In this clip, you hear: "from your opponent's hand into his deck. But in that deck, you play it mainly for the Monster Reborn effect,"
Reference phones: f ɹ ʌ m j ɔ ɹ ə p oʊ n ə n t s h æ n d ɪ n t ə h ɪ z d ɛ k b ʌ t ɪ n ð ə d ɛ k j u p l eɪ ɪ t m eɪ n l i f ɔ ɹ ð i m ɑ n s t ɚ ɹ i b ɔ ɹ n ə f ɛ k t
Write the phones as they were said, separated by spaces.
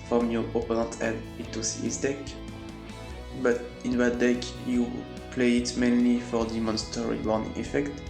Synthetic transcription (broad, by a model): f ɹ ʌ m j ɔ ɹ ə p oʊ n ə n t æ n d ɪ t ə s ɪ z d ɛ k b ʌ t ɪ n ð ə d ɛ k j u p l eɪ ɪ t m eɪ n l i f ɔ ɹ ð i m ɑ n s t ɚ ɹ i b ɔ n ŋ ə f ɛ k t